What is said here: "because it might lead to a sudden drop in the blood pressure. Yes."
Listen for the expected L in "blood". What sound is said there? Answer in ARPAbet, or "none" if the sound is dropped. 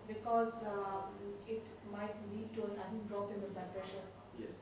none